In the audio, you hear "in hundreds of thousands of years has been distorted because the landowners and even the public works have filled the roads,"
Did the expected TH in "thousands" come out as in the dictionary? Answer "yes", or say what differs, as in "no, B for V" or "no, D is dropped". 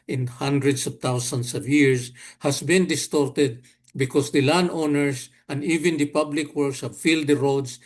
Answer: no, T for TH